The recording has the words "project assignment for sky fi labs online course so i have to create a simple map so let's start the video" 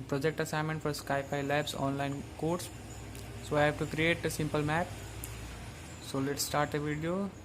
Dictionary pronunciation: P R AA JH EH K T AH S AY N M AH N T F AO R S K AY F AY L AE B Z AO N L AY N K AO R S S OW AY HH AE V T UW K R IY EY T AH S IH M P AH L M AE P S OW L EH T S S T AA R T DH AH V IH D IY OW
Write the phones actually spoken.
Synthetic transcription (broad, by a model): P R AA JH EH K T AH S AY M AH N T F AO R S K AY P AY L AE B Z AO N L AY N K AO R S S OW AY HH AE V T UW K R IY EY T AH S IH M P AH L M AE P S OW L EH T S S T AA R T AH V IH D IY OW